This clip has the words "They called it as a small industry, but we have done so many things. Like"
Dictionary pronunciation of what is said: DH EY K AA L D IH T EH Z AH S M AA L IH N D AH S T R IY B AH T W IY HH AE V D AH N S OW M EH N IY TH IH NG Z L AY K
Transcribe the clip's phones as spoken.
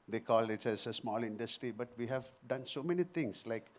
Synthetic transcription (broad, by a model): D EY K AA L IH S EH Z AH S M AA L IH N D AH S T R IY B AH T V IY HH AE V D AH N S OW M EH N IY T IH NG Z L AY K